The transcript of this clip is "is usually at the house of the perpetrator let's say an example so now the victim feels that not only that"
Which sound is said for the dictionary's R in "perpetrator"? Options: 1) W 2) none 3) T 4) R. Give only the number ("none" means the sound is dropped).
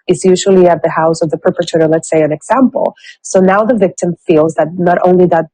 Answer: 2